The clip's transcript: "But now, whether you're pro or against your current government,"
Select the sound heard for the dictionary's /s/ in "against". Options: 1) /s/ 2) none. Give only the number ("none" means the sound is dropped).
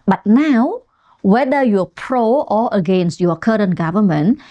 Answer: 1